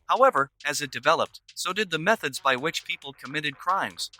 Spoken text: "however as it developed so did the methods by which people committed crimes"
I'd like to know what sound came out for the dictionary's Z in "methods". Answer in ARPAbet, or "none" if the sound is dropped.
Z